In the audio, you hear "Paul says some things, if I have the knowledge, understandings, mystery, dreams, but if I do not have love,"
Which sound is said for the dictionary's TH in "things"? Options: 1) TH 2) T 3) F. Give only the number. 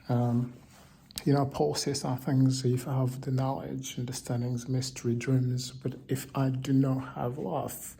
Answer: 1